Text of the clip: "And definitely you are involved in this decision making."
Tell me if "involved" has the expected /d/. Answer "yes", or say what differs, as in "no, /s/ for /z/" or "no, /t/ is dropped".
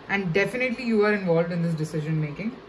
yes